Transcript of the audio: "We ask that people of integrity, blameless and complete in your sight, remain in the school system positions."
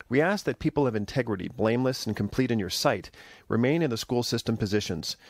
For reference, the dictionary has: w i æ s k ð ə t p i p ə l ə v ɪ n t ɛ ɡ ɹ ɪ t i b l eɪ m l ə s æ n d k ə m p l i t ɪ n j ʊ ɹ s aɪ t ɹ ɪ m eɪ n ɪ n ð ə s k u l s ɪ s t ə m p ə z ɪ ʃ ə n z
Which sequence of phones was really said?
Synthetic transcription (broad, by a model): w i æ s k ð ə t p i p l ə v ɪ n t ɛ ɡ ɹ ɪ t i b l eɪ m l ə s n k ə m p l i t ɪ n j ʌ ɹ s aɪ t ɹ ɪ m eɪ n ɪ n ð ə s k u l s ɪ s t ə m p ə z ɪ ʃ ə n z